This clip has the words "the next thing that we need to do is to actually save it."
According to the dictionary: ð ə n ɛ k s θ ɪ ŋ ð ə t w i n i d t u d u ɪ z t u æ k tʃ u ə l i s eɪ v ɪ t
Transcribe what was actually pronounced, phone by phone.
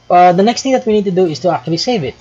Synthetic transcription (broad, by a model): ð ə n ɛ k s t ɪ ŋ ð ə t w i n i d t u d u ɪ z t u æ k tʃ u ə l i s eɪ v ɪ t